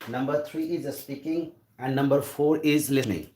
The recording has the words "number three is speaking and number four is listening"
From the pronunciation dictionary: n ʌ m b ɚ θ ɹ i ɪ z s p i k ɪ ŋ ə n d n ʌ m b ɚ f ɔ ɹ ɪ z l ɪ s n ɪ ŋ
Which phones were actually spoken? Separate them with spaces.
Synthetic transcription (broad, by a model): n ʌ m b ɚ t ɹ i ɪ z s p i k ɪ ŋ ə n d n ʌ m b ɚ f ɔ ɹ ɪ z l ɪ s n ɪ ŋ